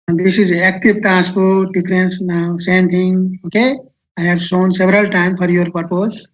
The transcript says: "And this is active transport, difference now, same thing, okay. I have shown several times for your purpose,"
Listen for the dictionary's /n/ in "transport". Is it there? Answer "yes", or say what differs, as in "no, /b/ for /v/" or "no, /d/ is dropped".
no, /n/ is dropped